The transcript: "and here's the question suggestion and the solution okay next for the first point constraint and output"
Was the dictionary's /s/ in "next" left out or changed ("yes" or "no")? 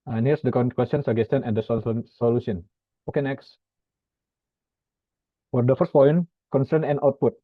no